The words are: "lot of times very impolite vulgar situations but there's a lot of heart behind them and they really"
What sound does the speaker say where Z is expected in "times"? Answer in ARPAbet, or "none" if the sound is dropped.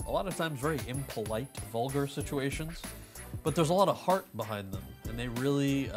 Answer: Z